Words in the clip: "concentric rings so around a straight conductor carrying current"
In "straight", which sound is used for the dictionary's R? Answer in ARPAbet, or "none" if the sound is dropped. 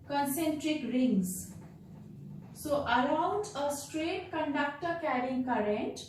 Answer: R